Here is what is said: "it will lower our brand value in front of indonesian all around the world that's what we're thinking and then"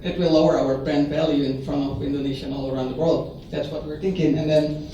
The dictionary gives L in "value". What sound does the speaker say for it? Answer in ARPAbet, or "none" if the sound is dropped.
L